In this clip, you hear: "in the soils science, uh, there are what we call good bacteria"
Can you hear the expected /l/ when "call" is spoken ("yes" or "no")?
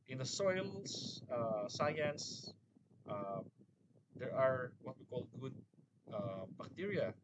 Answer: yes